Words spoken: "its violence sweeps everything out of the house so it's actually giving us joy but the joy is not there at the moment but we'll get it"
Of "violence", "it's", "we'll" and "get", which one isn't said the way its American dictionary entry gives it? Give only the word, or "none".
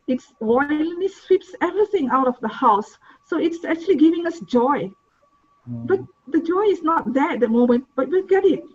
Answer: violence